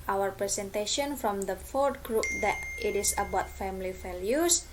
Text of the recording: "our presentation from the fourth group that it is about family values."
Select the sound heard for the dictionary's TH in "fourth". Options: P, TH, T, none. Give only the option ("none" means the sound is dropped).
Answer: T